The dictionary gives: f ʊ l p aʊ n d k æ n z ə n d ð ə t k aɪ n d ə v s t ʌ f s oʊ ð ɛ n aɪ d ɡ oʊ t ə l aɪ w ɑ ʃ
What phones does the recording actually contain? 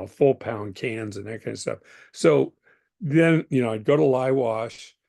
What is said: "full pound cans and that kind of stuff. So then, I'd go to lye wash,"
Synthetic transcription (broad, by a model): f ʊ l p aʊ n k æ n z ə n ð ə t k aɪ n d s t ʌ f s oʊ ð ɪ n aɪ d ɡ oʊ t ə l aɪ w ɑ ʃ